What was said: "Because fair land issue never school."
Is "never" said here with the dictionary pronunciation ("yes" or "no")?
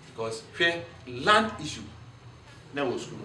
no